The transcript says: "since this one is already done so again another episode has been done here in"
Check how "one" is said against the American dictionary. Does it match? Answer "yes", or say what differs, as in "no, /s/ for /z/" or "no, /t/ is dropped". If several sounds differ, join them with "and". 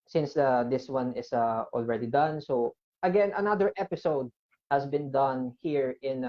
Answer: yes